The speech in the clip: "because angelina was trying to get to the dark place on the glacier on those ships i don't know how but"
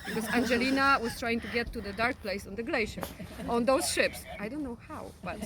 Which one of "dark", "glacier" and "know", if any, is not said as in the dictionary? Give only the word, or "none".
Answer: none